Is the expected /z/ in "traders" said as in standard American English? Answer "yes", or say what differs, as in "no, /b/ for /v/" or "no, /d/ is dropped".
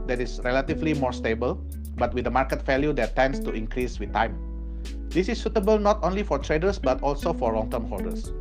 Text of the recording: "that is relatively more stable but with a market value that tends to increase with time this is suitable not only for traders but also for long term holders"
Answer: no, /s/ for /z/